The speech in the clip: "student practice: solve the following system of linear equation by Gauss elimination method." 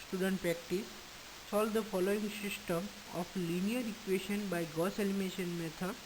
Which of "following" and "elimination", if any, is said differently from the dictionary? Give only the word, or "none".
elimination